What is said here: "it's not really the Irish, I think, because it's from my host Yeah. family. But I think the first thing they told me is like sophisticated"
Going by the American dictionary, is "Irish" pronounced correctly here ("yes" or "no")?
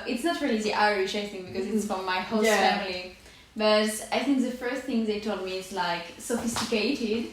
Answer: yes